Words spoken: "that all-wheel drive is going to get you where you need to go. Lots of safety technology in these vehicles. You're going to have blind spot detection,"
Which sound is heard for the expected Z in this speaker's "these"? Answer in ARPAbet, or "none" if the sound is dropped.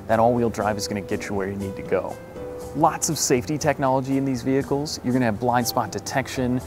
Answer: Z